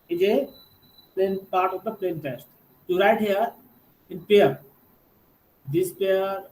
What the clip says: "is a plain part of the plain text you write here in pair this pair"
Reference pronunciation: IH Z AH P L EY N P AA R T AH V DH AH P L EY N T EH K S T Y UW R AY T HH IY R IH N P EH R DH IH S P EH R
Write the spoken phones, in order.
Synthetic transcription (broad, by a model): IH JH AH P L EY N P AA R T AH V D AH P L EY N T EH S T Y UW R AY T HH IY R IH N P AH R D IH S P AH R